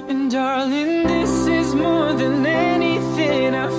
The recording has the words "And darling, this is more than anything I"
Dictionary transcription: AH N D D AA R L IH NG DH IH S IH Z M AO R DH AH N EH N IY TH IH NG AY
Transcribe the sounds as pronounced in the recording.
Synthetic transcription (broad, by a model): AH N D D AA R L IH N DH IH S IH Z M AO R DH AH N EH N IY TH IH NG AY